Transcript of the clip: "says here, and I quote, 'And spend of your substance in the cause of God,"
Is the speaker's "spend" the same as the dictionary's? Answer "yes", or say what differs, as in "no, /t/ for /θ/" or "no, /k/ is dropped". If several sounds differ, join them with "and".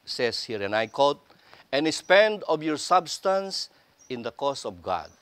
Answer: yes